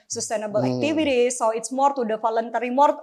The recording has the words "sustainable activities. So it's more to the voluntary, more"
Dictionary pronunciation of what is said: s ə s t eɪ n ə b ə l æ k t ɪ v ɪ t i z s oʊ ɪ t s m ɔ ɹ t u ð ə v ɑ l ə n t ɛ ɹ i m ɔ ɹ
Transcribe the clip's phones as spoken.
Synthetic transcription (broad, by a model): s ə s t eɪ n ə b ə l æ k t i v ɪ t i s oʊ ɪ t s m ɔ ɹ t u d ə f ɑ l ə n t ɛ ɹ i m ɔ ɹ